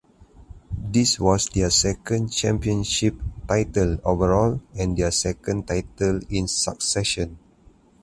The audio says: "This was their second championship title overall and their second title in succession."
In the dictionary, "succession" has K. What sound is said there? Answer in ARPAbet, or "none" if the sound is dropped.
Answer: K